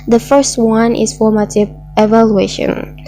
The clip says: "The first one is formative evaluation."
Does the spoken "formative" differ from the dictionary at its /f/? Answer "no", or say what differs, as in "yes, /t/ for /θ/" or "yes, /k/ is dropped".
no